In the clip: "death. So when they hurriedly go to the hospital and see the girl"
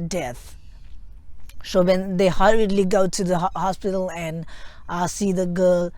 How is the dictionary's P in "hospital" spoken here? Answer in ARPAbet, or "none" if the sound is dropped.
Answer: P